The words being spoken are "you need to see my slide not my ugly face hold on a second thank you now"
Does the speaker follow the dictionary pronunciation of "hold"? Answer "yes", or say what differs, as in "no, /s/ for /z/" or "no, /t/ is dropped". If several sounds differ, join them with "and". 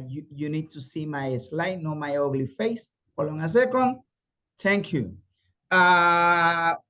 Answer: no, /d/ is dropped